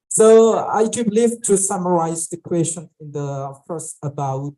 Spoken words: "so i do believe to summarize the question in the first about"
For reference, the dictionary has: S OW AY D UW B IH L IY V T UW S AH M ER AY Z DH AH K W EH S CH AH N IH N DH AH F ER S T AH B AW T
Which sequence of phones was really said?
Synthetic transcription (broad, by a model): S OW AY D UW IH L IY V T UW S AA M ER AY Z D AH K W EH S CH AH N IH N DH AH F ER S AH B AW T